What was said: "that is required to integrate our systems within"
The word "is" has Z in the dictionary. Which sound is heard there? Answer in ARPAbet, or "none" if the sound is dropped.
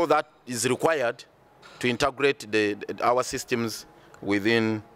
Z